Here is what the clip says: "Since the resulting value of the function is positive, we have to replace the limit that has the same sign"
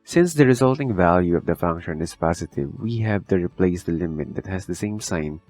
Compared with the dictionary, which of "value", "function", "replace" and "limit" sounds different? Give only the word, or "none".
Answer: none